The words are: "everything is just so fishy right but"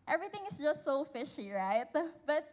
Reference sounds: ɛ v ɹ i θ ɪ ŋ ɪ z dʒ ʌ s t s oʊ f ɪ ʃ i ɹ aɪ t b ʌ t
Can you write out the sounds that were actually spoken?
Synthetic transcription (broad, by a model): ɛ v ɹ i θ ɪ ŋ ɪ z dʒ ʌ s t s oʊ f ɪ ʃ i ɹ aɪ t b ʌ t